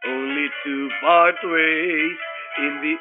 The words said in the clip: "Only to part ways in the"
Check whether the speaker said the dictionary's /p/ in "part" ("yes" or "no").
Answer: no